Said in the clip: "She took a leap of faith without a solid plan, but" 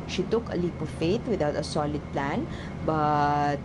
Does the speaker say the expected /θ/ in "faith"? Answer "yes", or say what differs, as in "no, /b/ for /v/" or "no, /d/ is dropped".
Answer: no, /t/ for /θ/